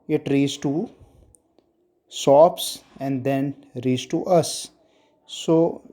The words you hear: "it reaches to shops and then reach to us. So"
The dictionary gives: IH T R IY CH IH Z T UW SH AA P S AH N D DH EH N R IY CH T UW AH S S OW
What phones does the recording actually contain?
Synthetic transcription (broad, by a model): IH T R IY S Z T UW S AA P S AH N D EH N R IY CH T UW AH S S OW